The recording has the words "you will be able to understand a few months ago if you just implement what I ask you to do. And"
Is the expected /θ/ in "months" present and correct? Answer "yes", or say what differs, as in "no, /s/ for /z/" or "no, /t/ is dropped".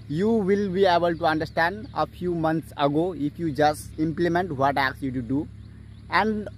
no, /t/ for /θ/